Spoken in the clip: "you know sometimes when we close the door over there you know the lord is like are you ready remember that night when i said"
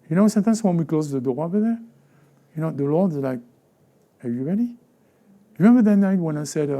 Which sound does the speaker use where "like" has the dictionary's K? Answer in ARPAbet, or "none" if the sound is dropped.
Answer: K